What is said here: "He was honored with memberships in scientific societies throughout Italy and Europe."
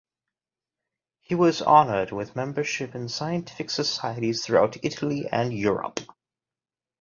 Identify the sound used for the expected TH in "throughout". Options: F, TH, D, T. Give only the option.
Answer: TH